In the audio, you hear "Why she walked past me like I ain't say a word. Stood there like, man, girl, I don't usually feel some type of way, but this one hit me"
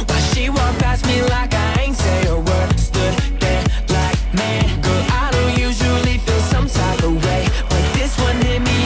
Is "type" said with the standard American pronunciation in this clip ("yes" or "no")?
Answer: no